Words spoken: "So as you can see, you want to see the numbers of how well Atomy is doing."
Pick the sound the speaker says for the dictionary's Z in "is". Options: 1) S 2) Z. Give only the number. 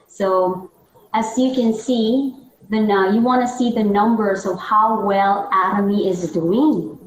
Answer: 2